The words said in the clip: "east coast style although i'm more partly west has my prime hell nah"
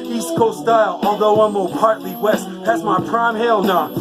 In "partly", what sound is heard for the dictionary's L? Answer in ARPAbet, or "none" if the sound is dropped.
L